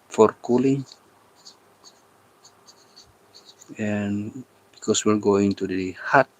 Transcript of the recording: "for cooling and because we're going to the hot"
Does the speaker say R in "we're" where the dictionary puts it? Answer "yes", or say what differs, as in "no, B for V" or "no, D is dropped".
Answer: no, L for R